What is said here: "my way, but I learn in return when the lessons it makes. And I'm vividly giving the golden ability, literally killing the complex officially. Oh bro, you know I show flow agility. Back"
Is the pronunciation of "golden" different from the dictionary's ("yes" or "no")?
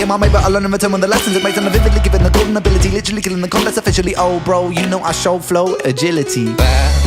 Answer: yes